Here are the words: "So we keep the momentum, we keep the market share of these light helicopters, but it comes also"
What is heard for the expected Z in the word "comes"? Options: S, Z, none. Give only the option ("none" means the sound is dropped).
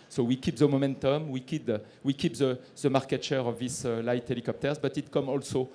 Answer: none